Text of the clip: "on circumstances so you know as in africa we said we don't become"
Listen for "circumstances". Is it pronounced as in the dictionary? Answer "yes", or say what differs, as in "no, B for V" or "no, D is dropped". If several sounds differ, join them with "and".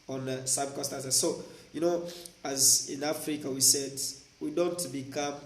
no, M is dropped and N is dropped